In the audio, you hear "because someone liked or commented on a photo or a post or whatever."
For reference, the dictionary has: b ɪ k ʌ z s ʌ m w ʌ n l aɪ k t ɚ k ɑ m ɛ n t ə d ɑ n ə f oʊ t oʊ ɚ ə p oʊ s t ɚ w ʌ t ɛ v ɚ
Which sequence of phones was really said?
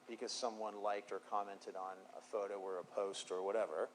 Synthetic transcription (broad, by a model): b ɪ k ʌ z s ʌ m w ʌ n l aɪ k t ɚ k ɑ m ɛ n t ə d n ə f oʊ t oʊ ɚ ə p oʊ s t ɚ w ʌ t ɛ v ɚ